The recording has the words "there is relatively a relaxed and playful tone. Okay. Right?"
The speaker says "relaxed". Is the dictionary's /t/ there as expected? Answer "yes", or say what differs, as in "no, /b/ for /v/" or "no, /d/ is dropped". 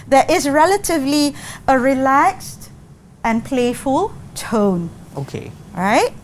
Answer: yes